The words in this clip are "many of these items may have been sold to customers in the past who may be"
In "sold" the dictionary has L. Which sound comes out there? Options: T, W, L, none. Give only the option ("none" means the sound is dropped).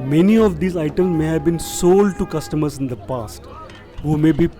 L